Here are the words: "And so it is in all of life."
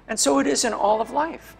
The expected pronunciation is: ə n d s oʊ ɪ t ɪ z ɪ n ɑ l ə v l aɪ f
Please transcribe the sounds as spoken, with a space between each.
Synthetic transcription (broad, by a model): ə n s oʊ ɪ t ɪ z ɪ n ɑ l ə v l aɪ f